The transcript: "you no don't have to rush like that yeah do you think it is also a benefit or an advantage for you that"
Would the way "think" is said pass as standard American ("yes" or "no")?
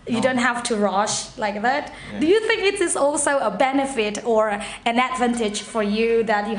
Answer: yes